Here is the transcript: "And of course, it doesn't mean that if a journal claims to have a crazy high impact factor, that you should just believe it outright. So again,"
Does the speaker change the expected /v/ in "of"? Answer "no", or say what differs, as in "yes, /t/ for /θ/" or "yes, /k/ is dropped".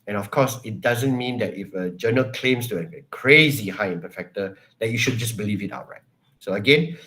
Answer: yes, /f/ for /v/